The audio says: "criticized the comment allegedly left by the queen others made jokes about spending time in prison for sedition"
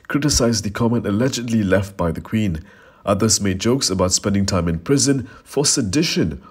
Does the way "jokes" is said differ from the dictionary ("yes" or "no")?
no